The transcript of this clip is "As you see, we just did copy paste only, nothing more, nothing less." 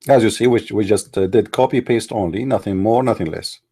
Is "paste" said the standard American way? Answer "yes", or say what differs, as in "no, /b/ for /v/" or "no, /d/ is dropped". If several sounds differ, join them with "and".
yes